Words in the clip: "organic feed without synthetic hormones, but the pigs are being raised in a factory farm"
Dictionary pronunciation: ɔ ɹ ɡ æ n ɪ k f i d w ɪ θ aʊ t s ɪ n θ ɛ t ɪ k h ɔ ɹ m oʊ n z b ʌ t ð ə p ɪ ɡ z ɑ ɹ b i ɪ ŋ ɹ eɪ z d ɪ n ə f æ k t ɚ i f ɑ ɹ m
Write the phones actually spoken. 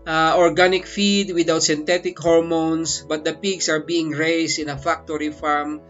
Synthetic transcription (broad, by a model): ɔ ɹ ɡ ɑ n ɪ k f i d w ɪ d aʊ t s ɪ n t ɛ t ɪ k h ɔ ɹ m oʊ n s b ʌ t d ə p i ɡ s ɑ ɹ b i ɪ ŋ ɹ eɪ s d ɪ n ə f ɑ k t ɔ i f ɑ ɹ m